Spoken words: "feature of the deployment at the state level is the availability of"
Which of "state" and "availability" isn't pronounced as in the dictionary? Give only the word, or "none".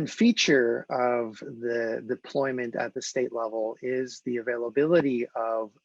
none